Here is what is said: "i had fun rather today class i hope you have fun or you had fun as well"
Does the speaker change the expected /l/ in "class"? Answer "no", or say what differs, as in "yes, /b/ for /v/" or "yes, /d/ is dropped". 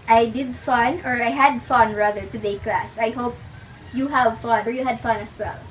no